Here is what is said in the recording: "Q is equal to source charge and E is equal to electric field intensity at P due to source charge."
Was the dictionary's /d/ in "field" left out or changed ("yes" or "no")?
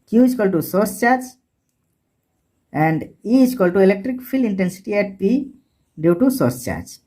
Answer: yes